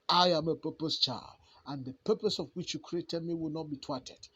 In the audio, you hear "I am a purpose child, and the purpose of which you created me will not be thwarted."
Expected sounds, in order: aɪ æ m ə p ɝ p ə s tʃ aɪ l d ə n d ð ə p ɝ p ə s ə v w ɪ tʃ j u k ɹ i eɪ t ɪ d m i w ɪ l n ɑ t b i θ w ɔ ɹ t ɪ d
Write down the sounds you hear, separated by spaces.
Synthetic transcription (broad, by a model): aɪ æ m ə p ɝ p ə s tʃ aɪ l ə n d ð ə p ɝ p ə s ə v w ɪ tʃ j u k ɹ i eɪ t ɪ d m i w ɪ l n ɑ t b i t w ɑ t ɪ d